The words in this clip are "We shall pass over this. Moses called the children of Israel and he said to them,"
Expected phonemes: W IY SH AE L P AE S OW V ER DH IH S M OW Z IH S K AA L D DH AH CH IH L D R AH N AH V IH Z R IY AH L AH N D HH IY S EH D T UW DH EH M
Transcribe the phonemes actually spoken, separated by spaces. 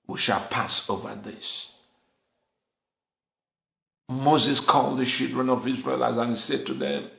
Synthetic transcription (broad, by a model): W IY SH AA L P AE S OW V ER DH IH S M OW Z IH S K AA L D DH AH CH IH L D R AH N AH V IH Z R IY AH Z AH N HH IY S EH D T UW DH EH M